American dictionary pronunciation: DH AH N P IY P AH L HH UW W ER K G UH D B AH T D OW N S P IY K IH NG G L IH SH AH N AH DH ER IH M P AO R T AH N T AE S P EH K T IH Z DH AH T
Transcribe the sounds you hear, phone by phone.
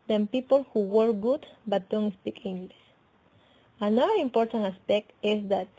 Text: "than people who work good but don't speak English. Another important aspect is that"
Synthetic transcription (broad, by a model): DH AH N P IY P AH L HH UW W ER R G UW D B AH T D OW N S P IY K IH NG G L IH S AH N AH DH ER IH M P AO R T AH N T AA S P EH K T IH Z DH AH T